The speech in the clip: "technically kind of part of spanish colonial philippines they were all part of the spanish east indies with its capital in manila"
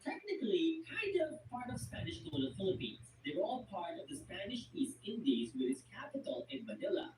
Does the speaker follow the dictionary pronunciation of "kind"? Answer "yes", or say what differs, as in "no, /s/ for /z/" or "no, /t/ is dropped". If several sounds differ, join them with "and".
no, /n/ is dropped